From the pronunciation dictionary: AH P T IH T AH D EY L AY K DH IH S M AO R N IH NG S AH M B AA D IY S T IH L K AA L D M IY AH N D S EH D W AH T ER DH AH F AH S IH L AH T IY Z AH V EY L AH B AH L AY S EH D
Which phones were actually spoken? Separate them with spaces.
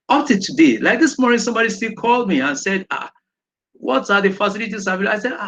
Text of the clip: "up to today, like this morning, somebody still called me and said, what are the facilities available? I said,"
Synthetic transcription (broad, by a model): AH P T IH T AH D EY L AY K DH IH S M AO R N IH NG S AH M B AA D IY S T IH L K AA L D M IY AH N S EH D W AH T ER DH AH F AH S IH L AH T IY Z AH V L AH AH S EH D